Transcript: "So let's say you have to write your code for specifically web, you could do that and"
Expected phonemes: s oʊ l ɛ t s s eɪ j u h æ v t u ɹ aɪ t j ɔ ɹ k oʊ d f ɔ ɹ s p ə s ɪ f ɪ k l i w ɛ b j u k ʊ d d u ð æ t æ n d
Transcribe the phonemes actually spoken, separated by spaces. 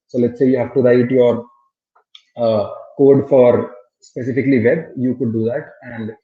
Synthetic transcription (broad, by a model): s oʊ l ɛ t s s eɪ j u h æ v t u ɹ aɪ t j ɔ ɹ k oʊ d f ɔ ɹ s p ə s ɪ f ɪ k l i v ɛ b j u k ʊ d d u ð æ t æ n d